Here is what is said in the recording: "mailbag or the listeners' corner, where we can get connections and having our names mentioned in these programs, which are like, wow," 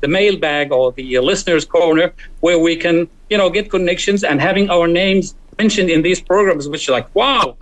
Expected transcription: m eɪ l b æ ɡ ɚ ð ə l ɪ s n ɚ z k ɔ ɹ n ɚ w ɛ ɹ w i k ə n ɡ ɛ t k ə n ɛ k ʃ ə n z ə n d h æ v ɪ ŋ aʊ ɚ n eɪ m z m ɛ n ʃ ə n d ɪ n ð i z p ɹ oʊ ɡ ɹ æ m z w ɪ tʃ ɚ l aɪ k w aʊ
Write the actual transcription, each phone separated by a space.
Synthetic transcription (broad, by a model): m eɪ l b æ ɡ ɚ ð ə l ɪ s n ɚ z k ɔ ɹ n ɚ w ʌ ɹ w i k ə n ɡ ɛ t k ə n ɛ k ʃ ə n z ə n h æ v ɪ ŋ aʊ ɚ n eɪ m z m ɛ n ʃ ə n d ɪ n ð i z p ɹ oʊ ɡ ɹ æ m z w ɪ tʃ ɚ l aɪ k w aʊ